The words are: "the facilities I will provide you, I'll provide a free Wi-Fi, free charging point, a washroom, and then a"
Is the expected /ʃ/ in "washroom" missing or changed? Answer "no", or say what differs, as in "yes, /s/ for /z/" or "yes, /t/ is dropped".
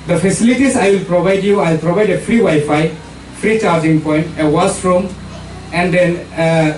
yes, /s/ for /ʃ/